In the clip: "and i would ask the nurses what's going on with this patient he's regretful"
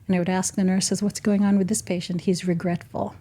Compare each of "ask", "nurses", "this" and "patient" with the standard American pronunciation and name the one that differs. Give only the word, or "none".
none